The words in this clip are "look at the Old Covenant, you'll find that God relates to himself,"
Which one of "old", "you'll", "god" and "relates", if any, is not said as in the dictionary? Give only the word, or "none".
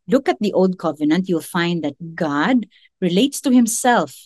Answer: none